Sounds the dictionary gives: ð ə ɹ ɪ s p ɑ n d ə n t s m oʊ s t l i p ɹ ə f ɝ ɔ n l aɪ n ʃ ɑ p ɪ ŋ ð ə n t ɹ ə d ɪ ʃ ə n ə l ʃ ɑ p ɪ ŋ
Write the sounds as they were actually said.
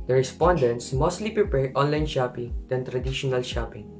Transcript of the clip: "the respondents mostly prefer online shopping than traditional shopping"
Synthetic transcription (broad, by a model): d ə ɹ ɪ s p ɑ n d ə n t s m oʊ s t l i p ɹ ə p ɝ ɔ n l aɪ n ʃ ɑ p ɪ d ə n t ɹ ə d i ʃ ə n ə l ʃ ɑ p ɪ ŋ